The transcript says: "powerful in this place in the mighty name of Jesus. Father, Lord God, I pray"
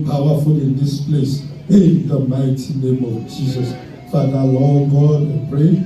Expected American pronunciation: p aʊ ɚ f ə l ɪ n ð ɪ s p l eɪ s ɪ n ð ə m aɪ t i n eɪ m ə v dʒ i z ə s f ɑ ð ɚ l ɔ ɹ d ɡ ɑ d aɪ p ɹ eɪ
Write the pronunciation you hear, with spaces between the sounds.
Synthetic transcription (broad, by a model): p aʊ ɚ f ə l ɪ n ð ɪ s p l eɪ s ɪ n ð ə m aɪ t i n eɪ m ə v dʒ i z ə s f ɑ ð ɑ w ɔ ɡ ɑ d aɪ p ɹ eɪ